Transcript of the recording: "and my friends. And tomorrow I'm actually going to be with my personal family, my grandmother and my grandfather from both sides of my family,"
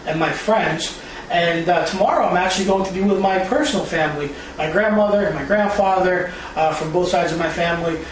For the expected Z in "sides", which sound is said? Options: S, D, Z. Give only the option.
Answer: Z